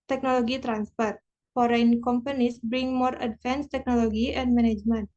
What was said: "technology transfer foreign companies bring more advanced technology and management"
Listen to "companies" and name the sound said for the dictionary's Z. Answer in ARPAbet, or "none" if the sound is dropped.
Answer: S